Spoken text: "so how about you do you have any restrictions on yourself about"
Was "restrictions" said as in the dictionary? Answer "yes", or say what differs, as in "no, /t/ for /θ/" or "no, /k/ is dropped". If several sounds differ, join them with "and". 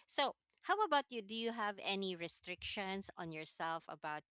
no, /s/ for /z/